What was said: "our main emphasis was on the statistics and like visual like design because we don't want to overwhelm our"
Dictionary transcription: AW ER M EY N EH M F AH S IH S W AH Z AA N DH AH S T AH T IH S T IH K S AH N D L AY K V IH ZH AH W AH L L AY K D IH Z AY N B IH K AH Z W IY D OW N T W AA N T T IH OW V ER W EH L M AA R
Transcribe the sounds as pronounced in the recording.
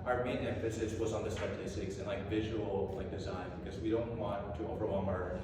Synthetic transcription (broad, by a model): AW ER M EY N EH F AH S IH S W AH Z N DH AH S T AH T IH S T IH K S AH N L AY K V IH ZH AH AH L L AY K D IH Z AY N B IH K AH Z W IY D OW N T W AA N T T IH OW V ER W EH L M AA R